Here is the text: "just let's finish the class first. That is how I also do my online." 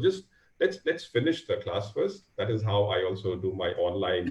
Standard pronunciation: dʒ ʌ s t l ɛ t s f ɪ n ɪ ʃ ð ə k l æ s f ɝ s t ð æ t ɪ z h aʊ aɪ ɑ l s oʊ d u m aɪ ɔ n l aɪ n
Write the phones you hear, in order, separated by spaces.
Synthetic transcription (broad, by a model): dʒ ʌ s t l ɛ t s f ɪ n ɪ ʃ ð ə k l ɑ s f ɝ s t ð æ t ɪ z h aʊ aɪ ɑ l s oʊ d u m aɪ ɔ n l aɪ n